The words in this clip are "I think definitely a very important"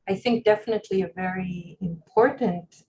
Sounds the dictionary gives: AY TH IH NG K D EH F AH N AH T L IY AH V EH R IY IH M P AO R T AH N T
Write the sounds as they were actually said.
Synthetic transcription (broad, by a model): AY TH IH NG K D EH F AH N AH T L IY AH V EH R IY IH M P AO R T N T